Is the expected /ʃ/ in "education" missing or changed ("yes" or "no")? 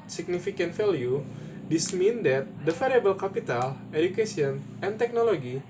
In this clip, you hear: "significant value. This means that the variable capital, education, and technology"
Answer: yes